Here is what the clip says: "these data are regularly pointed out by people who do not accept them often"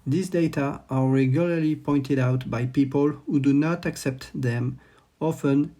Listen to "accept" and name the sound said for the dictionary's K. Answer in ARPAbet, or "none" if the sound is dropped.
K